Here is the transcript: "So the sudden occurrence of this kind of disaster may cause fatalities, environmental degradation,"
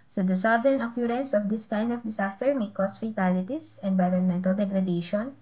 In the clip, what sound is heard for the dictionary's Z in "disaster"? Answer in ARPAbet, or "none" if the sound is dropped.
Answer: S